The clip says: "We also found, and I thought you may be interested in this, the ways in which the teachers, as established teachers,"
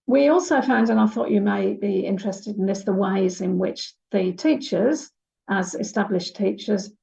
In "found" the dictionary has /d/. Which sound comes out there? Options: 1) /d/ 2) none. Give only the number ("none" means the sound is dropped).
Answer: 1